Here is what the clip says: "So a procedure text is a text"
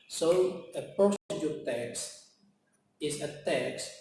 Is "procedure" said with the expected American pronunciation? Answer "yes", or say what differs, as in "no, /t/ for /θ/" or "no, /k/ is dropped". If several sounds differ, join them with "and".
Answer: no, /ɹ/ is dropped